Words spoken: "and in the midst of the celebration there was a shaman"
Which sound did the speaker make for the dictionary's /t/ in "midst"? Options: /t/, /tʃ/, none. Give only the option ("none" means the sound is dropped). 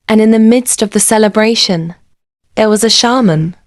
/t/